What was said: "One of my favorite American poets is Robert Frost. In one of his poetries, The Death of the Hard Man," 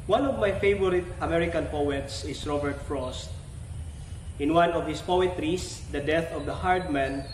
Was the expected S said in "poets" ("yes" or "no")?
yes